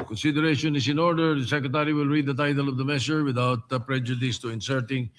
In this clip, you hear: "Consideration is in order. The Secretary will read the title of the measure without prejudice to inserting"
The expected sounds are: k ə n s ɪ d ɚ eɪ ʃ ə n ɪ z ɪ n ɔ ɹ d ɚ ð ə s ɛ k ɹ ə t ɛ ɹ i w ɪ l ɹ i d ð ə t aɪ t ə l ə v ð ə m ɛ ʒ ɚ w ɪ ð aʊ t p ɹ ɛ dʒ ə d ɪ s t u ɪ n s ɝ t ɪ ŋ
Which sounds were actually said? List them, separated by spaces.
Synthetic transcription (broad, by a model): k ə n s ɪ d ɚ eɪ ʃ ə n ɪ s ɪ n ɔ ɹ d ɚ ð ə s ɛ k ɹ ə t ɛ ɹ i w ɪ l ɹ i d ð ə t aɪ t ə l ə v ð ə m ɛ ʃ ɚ w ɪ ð aʊ t p ɹ ɛ dʒ ə d ɪ s t u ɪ n s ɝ t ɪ ŋ